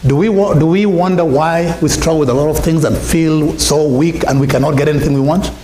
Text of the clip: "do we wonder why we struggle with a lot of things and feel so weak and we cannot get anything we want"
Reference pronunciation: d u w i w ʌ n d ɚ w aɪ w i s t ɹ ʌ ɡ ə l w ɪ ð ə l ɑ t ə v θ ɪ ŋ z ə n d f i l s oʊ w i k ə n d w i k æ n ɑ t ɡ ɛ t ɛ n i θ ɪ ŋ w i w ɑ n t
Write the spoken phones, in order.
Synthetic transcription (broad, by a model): d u w i w ʌ n d ɚ w aɪ w i s t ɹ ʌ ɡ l w ɪ ð ə l ɑ t ə v θ ɪ ŋ z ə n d f i l s oʊ w i k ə n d w i k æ n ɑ t ɡ ɛ t ɛ n i θ ɪ ŋ w i w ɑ n t